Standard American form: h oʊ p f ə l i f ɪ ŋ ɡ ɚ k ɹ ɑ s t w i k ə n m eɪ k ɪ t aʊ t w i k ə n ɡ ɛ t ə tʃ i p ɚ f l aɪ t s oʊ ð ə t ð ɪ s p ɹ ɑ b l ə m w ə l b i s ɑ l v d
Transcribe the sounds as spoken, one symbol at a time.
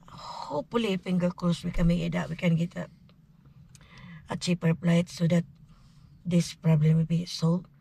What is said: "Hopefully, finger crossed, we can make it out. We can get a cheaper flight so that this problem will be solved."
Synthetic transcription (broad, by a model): h oʊ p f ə l i f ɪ ŋ ɡ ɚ k l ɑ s w i k ə n m eɪ k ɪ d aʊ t w i k ə n ɡ ɛ t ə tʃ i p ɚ p l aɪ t s oʊ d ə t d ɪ s p ɹ ɑ b l ə m w ə l b i s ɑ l